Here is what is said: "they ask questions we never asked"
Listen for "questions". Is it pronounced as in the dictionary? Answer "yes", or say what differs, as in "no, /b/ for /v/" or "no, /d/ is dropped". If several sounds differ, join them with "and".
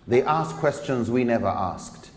yes